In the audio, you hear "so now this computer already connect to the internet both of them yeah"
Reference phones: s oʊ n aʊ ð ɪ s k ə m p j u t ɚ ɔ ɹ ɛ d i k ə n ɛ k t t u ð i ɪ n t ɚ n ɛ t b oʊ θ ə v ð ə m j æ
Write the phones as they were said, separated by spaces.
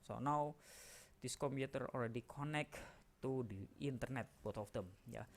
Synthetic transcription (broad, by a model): s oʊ n aʊ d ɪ s k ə m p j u t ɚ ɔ l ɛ d i k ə n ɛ k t t u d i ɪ n t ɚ n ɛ t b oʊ t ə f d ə m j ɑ